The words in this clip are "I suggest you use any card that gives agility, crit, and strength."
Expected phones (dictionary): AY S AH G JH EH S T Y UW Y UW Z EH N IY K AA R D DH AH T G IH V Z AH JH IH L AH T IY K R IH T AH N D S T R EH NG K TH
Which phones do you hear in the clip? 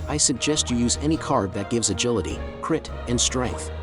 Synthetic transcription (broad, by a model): AY S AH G JH EH S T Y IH Y UW Z EH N IY K AA R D DH AH T G IH V Z AH JH IH L AH T IY K R IH T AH N S T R EH NG K TH